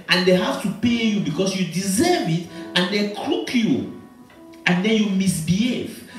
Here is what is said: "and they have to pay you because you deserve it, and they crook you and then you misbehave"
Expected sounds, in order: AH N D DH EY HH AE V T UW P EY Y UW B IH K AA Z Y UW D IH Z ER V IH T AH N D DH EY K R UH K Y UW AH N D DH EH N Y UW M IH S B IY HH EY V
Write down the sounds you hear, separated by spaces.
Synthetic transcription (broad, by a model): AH N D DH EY HH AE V T UW P EY Y UW B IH K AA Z Y UW D IH Z ER V IH T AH N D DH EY K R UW K Y UW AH N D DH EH N Y UW M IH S B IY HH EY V